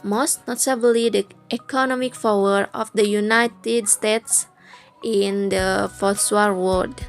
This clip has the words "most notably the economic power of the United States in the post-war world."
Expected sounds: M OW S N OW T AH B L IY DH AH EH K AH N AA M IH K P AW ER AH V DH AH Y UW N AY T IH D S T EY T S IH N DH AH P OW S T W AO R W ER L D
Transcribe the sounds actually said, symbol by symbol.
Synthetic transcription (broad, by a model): M OW S N OW T AH B L IY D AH EH K AH N AA M IH K F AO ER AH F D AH Y UW N AY T IH D S T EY T S IH N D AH F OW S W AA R W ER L D